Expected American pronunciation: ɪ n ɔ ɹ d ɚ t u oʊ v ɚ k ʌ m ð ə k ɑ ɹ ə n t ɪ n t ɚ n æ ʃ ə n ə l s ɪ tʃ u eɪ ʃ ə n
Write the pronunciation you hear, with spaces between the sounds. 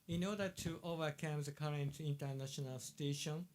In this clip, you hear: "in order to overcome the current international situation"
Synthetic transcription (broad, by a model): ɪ n ɔ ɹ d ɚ t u oʊ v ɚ k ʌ m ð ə k ɑ ɹ ə n t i n t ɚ n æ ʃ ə n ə l s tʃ eɪ ʃ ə n